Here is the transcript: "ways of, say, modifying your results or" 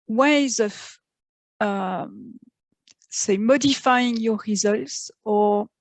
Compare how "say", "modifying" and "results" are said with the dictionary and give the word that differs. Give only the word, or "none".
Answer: none